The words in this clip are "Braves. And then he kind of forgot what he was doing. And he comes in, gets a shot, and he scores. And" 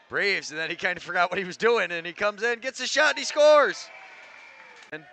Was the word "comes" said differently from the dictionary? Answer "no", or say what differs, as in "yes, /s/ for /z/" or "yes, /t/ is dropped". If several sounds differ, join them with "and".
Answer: no